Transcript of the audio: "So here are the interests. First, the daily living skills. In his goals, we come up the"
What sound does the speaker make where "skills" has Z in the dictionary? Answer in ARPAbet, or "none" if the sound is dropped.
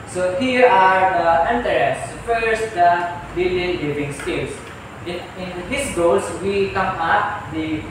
S